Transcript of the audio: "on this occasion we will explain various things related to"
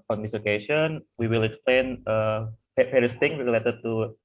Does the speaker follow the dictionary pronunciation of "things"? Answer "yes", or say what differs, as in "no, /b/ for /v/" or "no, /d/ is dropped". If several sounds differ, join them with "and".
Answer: no, /t/ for /θ/ and /z/ is dropped